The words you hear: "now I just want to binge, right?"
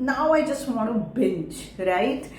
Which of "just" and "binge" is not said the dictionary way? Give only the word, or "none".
binge